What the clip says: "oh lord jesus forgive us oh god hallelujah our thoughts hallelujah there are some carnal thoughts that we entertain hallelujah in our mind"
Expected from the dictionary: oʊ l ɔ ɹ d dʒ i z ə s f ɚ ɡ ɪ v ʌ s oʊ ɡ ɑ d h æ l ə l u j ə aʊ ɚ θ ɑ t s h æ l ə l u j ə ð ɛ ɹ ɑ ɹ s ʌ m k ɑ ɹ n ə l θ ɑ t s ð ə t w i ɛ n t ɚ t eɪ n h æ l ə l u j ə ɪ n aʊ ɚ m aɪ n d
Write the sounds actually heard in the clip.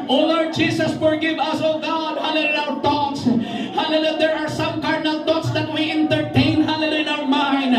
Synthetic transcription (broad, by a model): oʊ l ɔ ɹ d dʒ i s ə s f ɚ ɡ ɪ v ʌ s oʊ ɡ ɑ d h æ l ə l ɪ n aʊ ɚ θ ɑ t s h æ l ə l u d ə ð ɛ ɹ ɑ ɹ s ʌ m k ɑ ɹ n ə l t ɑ t s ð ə t w i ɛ n t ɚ t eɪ n h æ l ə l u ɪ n aʊ ɚ m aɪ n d